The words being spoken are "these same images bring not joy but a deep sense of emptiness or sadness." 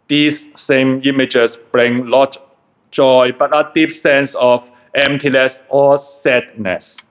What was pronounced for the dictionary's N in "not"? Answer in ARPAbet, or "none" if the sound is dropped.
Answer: L